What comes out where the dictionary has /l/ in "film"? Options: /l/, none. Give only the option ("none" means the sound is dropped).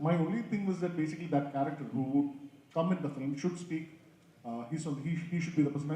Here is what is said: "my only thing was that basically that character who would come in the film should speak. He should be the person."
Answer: none